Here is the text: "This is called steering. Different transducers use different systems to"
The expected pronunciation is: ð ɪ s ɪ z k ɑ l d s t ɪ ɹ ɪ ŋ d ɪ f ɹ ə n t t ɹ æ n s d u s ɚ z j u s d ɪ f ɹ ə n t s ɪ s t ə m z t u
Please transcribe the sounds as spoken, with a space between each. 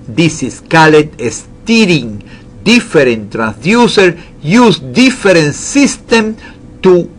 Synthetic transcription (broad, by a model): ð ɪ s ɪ s k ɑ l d s t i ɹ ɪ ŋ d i f ɹ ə n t t ɹ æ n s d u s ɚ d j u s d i f ɹ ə n s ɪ s t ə m t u